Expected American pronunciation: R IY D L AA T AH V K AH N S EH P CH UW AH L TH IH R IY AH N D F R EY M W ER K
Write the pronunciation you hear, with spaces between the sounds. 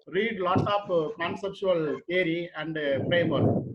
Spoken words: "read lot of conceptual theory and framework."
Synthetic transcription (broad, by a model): R IY D L AA T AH P K AH N S EH P CH UW AH L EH R IY AH N D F R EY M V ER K